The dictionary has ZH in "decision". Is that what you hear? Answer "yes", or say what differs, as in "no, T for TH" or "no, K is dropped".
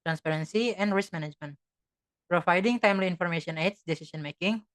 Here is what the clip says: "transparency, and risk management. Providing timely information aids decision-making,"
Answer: no, S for ZH